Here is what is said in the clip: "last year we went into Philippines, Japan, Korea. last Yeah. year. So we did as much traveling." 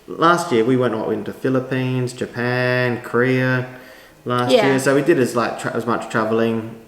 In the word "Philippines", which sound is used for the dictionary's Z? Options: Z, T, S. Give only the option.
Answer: Z